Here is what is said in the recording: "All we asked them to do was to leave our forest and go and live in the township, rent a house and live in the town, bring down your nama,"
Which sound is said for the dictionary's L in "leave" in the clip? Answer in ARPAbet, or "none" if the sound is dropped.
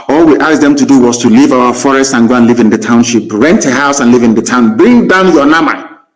L